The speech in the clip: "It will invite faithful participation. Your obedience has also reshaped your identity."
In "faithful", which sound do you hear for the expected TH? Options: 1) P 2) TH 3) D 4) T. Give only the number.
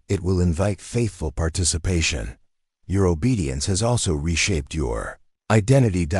2